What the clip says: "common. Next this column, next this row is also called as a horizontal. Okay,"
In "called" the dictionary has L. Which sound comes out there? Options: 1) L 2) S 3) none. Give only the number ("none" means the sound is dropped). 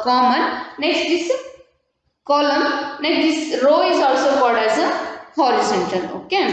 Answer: 3